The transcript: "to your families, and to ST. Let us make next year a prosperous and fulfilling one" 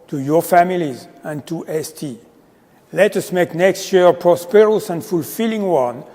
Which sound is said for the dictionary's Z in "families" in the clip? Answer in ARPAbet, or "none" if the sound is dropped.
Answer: Z